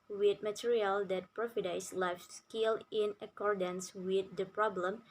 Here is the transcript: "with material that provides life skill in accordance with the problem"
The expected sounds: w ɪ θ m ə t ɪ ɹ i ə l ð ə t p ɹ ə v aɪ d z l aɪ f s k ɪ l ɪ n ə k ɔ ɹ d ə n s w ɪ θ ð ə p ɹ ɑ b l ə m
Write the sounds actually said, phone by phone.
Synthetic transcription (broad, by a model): w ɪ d m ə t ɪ ɹ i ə l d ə t p ɹ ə f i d s l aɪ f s k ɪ l ɪ n ə k ɔ ɹ d ə n s w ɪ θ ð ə p ɹ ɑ b l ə m